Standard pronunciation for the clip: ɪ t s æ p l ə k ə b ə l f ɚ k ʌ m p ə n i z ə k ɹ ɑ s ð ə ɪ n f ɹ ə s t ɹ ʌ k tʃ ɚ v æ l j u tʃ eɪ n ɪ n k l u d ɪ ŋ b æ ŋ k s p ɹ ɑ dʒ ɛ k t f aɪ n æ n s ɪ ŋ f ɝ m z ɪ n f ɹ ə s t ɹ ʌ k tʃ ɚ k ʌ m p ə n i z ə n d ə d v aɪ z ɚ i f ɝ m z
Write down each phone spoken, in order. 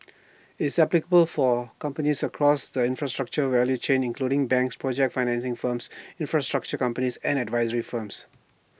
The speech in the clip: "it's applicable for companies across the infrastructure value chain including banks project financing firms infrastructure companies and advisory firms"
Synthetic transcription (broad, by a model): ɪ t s æ p l ə k ə b ə l f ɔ k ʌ m p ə n i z ə k ɹ ɑ s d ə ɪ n f ɹ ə s t ɹ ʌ k tʃ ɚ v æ l j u tʃ eɪ n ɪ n k l u d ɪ ŋ b æ ŋ k s p ɹ ɑ dʒ ɛ k t f aɪ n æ n s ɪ ŋ f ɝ m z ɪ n f ɹ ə s t ɹ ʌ k tʃ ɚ k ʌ m p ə n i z ə n d ə d v aɪ z ɚ i f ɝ m s